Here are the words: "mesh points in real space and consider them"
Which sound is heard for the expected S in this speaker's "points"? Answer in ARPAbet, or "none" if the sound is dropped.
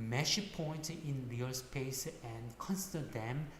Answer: none